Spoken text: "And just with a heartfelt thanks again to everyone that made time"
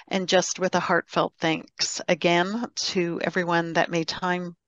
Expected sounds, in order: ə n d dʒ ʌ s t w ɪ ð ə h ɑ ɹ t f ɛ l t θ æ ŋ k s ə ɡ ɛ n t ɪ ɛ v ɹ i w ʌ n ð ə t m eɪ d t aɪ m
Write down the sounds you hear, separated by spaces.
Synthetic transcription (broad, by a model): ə n dʒ ʌ s t w ɪ ð ə h ɑ ɹ t f ɛ l t θ æ ŋ k s ə ɡ ɛ n t ɪ ɛ v ɹ i w ʌ n ð ə t m eɪ d t aɪ m